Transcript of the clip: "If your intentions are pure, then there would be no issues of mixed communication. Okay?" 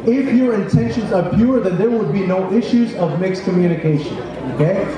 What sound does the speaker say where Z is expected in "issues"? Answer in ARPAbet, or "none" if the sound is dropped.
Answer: Z